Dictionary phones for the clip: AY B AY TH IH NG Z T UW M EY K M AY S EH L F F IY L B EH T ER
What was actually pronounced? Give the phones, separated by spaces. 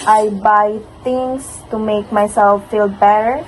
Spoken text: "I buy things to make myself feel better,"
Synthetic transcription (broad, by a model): AY B AY T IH NG S T UW M EY K M AY S EH L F F IY L B EH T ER